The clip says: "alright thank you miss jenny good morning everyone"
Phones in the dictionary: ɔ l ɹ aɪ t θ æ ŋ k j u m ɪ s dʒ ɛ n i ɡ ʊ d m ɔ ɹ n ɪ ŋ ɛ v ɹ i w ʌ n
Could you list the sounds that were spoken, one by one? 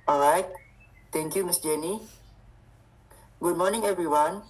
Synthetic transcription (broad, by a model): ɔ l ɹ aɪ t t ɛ ŋ k j u m ɪ s dʒ ɛ n i ɡ ʊ d m ɔ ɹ n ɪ ŋ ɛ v ɹ i w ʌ n